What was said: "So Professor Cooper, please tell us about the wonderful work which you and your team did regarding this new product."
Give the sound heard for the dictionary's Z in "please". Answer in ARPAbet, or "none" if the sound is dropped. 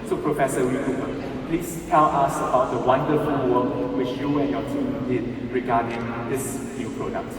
S